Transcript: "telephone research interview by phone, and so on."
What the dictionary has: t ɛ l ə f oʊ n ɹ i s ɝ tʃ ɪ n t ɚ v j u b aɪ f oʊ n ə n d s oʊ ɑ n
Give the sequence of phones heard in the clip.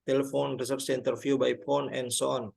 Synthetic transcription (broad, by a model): t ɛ l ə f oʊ n ɹ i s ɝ s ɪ n t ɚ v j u b aɪ p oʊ n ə n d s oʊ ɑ n